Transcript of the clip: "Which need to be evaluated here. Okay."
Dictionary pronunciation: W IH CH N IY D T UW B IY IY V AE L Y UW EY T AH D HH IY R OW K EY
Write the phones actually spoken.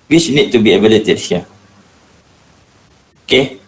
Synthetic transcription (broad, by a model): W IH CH N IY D T UW B IY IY B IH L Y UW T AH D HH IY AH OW K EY